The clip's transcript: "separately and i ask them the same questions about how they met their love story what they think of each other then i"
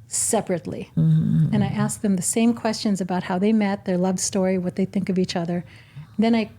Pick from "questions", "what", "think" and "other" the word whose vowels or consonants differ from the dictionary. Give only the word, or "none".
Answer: none